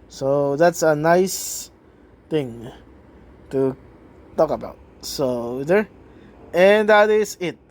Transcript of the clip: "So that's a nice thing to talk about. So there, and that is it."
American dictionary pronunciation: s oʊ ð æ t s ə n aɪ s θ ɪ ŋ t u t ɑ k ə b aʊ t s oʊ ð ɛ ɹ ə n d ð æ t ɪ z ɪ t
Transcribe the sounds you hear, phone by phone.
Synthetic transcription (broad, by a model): s oʊ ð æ t s ə n aɪ s t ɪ ŋ t u t ɑ k ə b aʊ t s oʊ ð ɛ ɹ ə n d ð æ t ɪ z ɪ t